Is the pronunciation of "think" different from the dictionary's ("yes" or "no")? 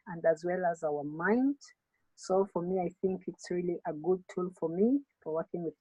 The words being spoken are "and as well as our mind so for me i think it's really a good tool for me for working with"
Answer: no